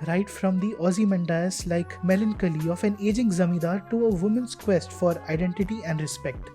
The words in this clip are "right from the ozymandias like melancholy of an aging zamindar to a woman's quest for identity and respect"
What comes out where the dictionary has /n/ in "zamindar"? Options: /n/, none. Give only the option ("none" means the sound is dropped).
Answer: none